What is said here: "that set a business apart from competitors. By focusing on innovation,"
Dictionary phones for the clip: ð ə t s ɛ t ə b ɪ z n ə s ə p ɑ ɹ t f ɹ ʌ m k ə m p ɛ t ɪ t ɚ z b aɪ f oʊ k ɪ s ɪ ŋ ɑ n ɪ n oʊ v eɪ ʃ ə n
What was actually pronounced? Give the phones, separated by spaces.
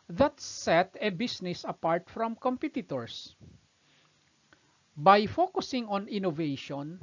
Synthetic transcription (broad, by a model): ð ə t s ɛ t ə b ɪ s n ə s ə p ɑ ɹ t f ɹ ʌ m k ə m p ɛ t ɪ t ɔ s b aɪ f oʊ k ɪ s ɪ ŋ ɑ n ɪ n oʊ v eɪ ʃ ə n